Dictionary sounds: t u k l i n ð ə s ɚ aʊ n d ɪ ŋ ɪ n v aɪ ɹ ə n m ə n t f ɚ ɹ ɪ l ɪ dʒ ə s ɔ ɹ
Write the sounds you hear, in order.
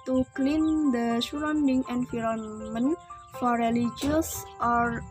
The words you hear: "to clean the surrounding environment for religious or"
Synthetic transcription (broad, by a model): t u k l i n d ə ʃ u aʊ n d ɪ ŋ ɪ n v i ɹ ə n m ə n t f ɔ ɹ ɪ l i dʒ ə s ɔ ɹ